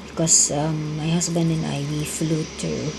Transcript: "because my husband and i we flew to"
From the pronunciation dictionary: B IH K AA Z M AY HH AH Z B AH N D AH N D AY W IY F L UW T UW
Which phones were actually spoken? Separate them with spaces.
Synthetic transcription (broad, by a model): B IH K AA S M AY HH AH S B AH N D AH N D AY W IY F L UW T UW